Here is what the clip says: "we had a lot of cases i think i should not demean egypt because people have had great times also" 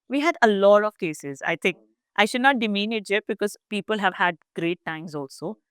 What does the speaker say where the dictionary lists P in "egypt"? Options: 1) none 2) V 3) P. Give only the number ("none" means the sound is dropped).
1